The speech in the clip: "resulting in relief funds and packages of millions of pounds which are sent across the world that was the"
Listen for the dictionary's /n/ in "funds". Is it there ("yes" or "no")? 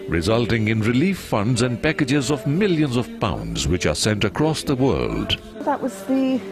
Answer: yes